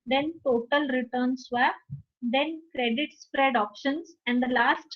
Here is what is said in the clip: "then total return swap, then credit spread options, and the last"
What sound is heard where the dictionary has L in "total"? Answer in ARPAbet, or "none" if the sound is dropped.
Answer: L